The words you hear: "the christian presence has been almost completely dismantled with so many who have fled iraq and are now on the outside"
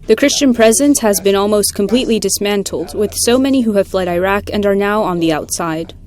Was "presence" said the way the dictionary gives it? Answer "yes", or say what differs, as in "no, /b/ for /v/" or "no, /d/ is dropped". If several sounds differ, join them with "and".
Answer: yes